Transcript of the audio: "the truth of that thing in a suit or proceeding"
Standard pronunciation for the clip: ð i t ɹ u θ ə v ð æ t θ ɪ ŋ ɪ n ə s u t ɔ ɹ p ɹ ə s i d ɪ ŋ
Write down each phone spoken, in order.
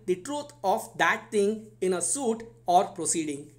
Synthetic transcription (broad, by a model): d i t ɹ u t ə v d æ t t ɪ ŋ ɪ n ə s u t ɔ ɹ p ɹ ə s i d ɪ ŋ